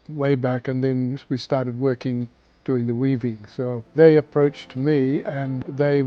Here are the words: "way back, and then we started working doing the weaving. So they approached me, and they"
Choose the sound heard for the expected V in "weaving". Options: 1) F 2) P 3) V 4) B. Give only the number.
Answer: 3